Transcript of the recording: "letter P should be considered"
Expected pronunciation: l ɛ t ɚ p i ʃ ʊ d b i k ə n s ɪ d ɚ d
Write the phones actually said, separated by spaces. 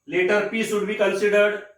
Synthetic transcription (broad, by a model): l ɛ t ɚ p i s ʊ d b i k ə n s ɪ d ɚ d